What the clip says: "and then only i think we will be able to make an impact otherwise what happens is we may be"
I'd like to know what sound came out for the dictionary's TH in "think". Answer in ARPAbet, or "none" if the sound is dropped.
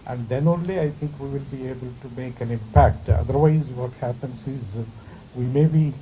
T